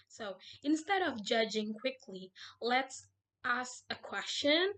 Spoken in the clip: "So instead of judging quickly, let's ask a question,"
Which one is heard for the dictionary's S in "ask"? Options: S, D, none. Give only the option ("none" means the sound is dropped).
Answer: S